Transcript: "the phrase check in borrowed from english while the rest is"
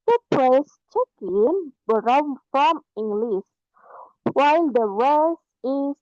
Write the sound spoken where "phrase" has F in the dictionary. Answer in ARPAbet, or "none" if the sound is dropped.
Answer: P